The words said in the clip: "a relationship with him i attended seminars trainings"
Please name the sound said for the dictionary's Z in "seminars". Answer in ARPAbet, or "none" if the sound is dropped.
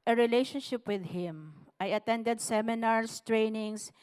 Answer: S